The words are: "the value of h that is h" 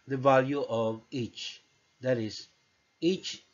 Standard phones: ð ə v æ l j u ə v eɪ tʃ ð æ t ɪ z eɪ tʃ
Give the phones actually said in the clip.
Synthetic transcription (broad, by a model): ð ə v æ l j u ə v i tʃ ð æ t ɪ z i tʃ